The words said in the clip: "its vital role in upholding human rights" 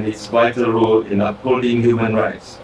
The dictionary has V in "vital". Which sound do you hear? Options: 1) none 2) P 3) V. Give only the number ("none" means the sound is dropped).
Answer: 2